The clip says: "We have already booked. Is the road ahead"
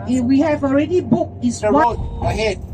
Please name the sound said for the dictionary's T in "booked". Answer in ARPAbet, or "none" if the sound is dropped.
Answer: none